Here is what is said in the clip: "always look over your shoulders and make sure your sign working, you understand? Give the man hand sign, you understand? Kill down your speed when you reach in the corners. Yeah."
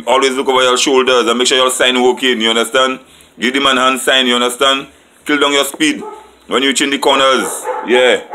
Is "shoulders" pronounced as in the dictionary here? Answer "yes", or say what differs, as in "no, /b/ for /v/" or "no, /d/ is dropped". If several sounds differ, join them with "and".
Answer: yes